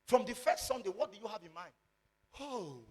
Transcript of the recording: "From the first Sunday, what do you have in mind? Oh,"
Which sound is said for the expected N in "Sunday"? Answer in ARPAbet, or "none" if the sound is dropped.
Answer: N